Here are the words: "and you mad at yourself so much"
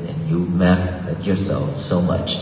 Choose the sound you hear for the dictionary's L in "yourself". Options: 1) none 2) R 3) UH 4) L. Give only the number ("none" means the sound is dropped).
4